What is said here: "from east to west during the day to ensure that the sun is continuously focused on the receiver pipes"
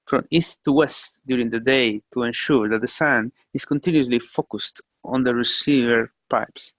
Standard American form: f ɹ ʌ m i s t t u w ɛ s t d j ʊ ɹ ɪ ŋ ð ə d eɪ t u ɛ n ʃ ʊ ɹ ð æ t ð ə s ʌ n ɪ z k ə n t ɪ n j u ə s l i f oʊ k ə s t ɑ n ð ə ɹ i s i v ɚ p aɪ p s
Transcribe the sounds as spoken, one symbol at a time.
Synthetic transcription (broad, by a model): f ɹ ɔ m i s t t u w ɛ s t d j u ɹ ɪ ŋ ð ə d eɪ t u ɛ n ʃ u ɹ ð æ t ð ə s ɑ n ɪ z k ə n t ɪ n j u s l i f oʊ k ə s t ɑ n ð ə ɹ i s i v ɚ p aɪ p s